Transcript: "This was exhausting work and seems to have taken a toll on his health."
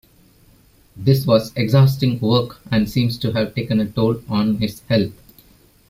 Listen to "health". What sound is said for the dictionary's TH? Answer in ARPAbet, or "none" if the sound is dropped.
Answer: T